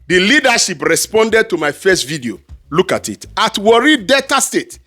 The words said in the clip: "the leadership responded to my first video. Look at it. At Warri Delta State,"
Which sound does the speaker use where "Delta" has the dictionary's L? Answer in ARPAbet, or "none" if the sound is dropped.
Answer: none